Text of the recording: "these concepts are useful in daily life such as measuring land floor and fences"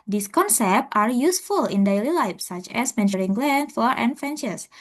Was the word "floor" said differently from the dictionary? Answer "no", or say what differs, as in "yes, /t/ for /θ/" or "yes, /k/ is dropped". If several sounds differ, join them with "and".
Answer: yes, /l/ is dropped